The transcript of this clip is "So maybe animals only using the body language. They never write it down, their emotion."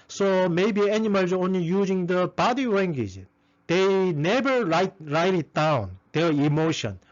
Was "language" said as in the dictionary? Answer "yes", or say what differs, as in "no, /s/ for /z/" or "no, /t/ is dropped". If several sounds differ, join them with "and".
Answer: no, /w/ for /l/